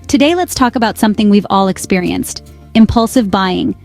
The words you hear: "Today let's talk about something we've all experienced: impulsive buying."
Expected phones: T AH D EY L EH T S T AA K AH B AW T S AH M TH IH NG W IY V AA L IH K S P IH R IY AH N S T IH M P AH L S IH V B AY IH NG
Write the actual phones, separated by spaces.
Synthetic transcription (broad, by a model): T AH D EY L EH T S T AA K AH B AW T S AH M TH IH NG W IY V AA L IH K S P IH R IY AH N S T IH M P AH L S IH V B AY IH NG